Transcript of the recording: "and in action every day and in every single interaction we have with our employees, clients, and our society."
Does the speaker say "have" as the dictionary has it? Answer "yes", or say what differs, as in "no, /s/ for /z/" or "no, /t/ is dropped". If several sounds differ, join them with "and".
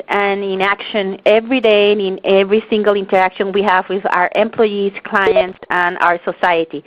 yes